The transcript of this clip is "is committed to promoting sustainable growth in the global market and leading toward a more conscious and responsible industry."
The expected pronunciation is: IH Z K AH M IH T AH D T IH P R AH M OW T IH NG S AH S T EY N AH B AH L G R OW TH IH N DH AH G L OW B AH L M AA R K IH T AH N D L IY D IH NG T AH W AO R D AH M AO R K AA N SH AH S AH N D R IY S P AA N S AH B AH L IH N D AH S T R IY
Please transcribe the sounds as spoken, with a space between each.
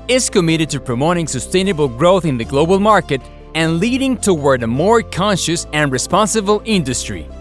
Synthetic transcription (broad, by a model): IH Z K AH M IH T AH D T IH P R AH M OW T IH NG S AH S T EY N AH B AH L G R OW TH IH N DH AH G L OW B AH L M AA R K IH T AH N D L IY D IH NG T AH W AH R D AH M AO R K AA N SH AH S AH N R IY S P AA N S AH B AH L IH N D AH S T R IY